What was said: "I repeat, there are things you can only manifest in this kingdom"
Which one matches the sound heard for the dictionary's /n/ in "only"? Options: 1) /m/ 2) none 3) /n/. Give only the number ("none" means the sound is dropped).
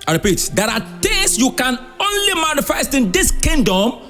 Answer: 3